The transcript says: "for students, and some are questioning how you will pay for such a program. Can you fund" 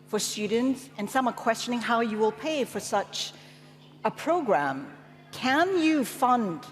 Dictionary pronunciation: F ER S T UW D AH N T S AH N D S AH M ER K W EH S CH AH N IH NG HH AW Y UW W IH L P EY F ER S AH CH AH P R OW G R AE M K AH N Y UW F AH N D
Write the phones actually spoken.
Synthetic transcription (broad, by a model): F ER S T UW D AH N T S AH N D S AH M ER K W EH S CH AH N IH NG HH AW Y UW W IH L P EY F ER S AH CH AH P R OW G R AE M K AH N Y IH F AH N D